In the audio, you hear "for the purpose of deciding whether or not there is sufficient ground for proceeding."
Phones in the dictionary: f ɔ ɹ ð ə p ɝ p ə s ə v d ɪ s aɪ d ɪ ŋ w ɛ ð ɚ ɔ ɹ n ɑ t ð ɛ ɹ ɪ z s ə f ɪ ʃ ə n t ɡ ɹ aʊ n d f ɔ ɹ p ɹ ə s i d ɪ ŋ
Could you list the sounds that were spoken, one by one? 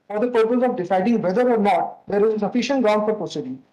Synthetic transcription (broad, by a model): f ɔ ɹ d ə p ɝ p ə s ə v d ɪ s aɪ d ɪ ŋ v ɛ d ɚ ɔ ɹ n ɑ t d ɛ ɹ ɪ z s ə f ɪ ʃ ə n t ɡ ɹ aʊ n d f ɔ ɹ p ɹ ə s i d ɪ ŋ